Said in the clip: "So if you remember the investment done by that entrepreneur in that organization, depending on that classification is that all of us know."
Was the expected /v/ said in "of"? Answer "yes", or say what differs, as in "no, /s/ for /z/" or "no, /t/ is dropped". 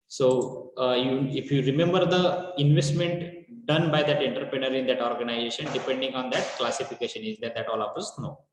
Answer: no, /p/ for /v/